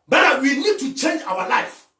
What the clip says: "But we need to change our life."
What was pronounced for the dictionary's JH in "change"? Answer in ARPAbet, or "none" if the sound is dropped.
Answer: JH